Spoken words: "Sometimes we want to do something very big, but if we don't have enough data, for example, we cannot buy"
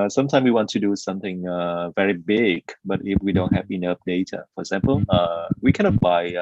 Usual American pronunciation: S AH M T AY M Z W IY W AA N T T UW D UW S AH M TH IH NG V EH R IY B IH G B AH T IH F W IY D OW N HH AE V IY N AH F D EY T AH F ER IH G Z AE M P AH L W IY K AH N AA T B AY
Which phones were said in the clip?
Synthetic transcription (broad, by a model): S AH M T AY M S W IY W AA N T T UW D UW S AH M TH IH NG V EH R IY B IH G B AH T IH F W IY D OW N HH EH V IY N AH P D EY T AH F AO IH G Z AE M P AH L W IY K AH N AA T B AY